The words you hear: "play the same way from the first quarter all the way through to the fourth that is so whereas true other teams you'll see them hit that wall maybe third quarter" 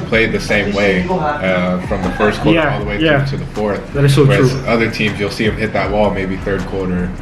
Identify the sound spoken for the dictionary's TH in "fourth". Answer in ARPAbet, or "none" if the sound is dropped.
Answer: TH